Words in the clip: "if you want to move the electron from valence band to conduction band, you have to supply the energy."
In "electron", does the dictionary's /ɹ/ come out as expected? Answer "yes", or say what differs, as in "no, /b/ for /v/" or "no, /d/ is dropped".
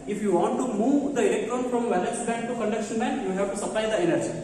no, /ɹ/ is dropped